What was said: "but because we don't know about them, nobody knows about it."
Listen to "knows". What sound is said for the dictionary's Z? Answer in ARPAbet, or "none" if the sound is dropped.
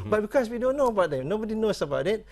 S